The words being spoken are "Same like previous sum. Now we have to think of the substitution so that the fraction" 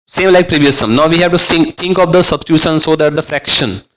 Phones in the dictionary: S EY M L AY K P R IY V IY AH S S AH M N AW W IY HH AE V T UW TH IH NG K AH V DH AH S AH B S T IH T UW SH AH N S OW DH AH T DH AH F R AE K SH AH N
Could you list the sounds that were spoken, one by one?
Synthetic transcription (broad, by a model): S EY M L AY K P R IY V IY AH S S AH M N AW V IY HH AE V T UW S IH NG K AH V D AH S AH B S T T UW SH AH N S OW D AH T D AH F R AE K SH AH N